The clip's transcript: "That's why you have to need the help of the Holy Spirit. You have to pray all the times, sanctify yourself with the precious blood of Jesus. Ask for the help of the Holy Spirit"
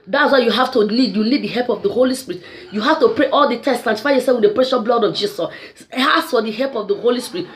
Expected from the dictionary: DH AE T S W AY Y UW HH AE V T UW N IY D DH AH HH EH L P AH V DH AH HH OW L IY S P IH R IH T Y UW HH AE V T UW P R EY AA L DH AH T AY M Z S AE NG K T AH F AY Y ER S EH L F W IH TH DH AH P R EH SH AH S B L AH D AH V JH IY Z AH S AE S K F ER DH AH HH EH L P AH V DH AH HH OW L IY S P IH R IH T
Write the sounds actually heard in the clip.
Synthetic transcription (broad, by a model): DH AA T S W AY Y UW HH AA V T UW L IY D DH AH HH EH L P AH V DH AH HH OW L IY S P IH R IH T Y UW HH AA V T UW P R EY AA L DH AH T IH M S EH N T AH F AY Y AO S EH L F W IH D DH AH P R EH SH AH S B L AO D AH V JH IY S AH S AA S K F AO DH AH HH EH L P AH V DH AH HH OW L IY S P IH R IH T